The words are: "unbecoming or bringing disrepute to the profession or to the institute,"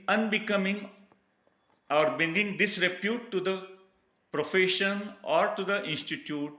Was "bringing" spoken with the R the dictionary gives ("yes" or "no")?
no